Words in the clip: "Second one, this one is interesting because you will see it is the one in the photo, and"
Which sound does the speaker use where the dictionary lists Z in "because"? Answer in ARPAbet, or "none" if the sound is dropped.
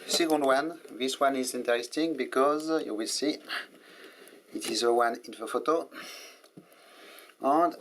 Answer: Z